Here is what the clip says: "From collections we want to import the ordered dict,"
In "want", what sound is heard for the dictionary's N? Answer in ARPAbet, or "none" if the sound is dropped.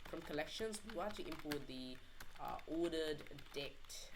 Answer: none